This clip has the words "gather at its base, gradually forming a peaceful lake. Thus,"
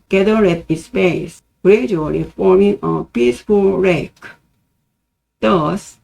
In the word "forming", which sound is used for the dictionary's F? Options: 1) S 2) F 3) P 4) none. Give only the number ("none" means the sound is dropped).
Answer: 2